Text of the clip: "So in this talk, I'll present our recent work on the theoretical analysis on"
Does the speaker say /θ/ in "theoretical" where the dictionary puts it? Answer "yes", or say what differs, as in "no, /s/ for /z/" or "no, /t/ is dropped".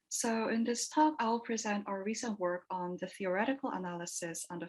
yes